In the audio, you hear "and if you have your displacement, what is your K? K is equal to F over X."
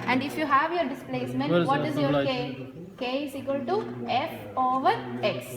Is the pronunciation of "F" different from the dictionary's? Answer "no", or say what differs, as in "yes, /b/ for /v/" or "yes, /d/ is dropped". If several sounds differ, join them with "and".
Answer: no